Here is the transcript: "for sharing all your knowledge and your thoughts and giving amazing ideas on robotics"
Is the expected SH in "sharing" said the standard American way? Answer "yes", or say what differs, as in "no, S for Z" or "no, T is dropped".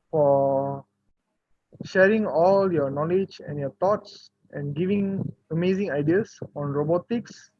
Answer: yes